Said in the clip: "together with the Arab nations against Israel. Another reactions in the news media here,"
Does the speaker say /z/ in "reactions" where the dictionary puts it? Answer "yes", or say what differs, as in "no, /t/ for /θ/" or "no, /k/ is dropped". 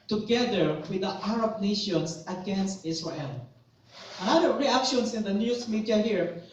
no, /s/ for /z/